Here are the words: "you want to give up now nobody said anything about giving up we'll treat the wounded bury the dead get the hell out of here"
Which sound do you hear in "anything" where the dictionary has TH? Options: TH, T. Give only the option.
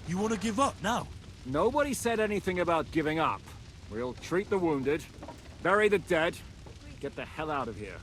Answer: TH